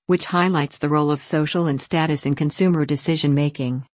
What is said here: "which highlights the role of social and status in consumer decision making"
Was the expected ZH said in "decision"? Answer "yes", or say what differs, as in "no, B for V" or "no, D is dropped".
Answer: yes